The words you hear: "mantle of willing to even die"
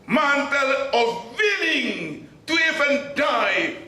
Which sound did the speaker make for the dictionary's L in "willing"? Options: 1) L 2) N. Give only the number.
2